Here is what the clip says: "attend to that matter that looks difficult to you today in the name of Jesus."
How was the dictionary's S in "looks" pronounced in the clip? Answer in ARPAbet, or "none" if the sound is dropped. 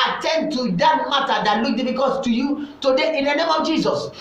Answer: none